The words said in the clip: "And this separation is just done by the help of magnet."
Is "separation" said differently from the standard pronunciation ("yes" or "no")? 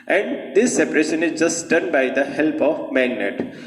no